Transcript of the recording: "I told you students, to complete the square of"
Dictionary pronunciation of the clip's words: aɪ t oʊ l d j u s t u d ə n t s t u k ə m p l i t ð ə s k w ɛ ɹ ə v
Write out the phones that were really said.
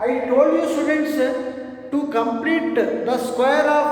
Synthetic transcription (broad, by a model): aɪ t oʊ l d j u s t u d ə n t s t u k ə m p l i t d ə s k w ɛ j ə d